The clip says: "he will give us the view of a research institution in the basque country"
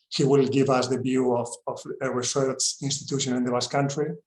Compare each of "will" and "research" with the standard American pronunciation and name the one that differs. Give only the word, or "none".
research